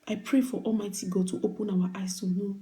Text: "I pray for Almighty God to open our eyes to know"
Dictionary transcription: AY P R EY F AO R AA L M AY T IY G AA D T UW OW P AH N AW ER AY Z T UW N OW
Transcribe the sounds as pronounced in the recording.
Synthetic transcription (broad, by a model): AY P R EY F AO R AA L M AY T IY G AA T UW OW P AH N AW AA AY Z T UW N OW